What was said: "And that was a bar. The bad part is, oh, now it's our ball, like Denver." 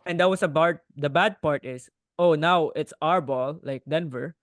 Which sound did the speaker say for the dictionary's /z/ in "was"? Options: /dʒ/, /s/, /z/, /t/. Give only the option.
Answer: /s/